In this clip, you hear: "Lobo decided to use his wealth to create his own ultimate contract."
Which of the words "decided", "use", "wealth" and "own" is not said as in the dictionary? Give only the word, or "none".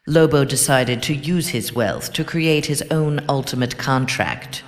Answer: none